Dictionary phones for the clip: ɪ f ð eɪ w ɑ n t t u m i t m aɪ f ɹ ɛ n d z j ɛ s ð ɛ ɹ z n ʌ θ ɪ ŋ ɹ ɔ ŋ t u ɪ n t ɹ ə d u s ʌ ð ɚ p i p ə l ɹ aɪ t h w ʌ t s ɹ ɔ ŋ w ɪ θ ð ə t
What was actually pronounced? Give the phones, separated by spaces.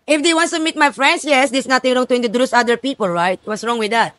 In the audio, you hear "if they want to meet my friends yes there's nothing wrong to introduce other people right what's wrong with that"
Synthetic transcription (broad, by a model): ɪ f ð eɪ w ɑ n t t u m i t m aɪ f ɹ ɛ n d s j ɛ s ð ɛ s n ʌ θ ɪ ŋ ɹ ɔ ŋ t u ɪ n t ə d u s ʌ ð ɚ p i p ə l ɹ aɪ t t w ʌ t s ɹ ɔ ŋ w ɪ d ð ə t